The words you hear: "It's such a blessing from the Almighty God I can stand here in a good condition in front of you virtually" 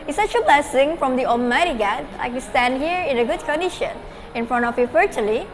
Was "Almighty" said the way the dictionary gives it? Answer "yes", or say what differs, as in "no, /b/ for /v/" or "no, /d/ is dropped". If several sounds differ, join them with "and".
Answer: no, /l/ is dropped